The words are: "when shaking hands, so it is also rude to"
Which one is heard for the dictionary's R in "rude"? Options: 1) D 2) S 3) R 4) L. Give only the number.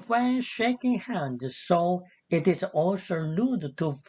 4